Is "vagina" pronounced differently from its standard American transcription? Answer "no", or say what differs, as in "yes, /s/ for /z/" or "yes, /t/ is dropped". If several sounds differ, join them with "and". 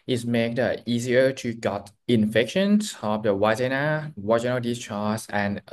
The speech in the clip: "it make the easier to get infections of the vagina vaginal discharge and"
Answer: yes, /w/ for /v/